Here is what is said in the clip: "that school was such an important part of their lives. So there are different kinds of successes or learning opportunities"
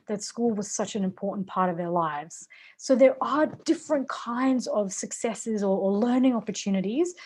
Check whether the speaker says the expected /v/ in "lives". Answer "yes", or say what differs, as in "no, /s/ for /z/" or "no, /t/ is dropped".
yes